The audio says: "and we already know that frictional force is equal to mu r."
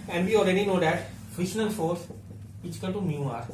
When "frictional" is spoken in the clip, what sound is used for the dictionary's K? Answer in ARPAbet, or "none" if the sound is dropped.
none